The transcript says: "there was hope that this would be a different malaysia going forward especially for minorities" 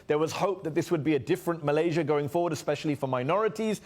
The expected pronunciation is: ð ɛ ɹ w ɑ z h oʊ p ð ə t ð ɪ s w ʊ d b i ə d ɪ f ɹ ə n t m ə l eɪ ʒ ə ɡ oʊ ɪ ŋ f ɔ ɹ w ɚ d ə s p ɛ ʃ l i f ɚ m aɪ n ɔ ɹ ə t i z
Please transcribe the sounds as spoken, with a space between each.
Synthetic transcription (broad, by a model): ð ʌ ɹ w ɑ z h oʊ p ð ə t ð ɪ s w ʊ d b i ə d ɪ f ɹ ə n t m ə l eɪ ʒ ə ɡ oʊ ɪ ŋ f ɔ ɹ w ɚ d ə s p ɛ ʃ l i f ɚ m aɪ n ɔ ɹ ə t i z